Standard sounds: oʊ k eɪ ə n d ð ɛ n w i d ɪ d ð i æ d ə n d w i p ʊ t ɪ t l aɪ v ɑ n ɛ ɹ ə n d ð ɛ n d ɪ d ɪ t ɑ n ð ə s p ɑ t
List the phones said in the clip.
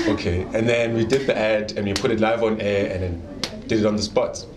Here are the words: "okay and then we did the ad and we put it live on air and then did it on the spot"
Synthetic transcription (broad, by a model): oʊ k eɪ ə n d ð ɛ n w i d ɪ d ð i æ d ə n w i p ʊ t ɪ t l aɪ v ɑ n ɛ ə n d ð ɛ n d ɪ d ɪ t ɑ n ð ə s p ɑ t